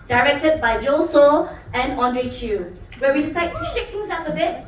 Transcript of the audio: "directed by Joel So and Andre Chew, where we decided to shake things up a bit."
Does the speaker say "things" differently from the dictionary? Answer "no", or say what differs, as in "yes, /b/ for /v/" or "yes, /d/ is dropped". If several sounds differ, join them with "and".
yes, /ŋ/ is dropped